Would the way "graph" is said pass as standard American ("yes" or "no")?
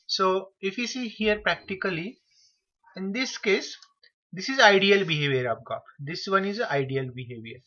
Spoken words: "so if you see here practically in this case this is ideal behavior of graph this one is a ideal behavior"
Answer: no